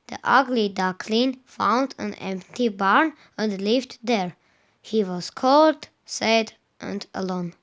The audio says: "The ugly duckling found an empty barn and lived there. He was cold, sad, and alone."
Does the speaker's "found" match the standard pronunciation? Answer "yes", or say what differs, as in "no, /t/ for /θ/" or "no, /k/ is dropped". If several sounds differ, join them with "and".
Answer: yes